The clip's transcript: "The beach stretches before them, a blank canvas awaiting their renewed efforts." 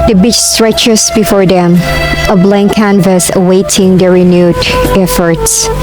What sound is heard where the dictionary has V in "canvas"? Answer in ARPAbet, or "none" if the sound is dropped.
V